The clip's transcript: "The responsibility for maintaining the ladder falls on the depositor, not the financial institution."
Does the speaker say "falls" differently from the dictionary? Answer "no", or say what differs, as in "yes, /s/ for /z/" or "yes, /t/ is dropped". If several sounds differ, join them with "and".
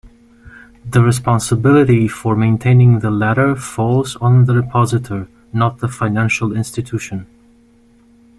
no